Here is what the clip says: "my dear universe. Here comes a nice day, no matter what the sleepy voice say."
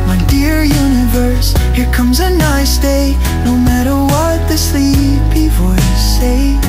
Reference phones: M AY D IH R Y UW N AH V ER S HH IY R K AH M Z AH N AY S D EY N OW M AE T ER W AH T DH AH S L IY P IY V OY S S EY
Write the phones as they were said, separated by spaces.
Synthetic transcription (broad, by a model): M AY D IH R Y UW N AH V ER S HH IY R K AH M Z AH N AY S D EY N OW M AE T ER W AH T DH AH S L IY B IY F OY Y S EY